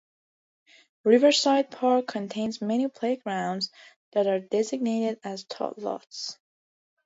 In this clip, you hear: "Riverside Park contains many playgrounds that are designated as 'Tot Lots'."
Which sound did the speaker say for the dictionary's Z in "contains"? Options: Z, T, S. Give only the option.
Z